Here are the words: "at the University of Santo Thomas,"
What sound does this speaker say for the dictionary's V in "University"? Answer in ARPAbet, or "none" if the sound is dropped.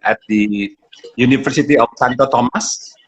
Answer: F